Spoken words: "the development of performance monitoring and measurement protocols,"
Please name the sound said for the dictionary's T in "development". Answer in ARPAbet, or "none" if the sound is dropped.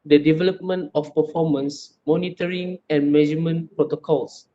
T